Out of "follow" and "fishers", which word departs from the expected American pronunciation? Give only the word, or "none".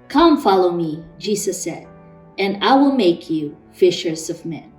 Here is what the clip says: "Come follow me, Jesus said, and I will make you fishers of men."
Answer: none